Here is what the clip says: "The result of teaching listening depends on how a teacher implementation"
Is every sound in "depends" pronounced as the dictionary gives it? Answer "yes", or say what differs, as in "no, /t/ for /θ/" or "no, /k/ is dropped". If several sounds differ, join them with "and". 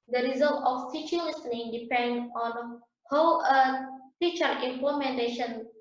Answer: no, /z/ is dropped